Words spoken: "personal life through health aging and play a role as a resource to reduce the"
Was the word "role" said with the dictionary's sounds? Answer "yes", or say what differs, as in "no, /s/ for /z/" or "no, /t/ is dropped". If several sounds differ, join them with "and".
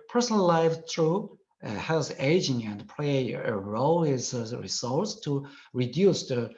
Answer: yes